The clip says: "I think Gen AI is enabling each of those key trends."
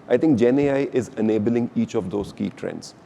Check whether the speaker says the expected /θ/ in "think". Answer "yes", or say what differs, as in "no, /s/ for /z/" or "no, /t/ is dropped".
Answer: no, /t/ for /θ/